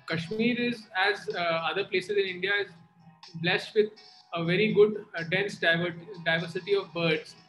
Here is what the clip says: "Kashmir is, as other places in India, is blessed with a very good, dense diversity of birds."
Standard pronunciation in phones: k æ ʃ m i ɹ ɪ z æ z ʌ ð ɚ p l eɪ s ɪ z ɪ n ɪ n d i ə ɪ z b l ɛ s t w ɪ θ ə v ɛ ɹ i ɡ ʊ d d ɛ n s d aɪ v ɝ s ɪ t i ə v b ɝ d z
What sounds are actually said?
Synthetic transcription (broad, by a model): k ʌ ʃ m i ɹ ɪ z æ z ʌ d ɚ p l eɪ s ɪ z ɪ n ɪ n d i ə ɪ z b l ɛ s t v ɪ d ə v ɛ ɹ i ɡ ʊ d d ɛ n s d aɪ v ɝ s ɪ t i ə v b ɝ d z